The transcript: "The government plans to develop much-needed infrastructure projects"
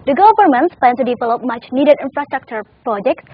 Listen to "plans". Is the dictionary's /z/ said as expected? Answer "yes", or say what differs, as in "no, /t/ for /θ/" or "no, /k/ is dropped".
no, /z/ is dropped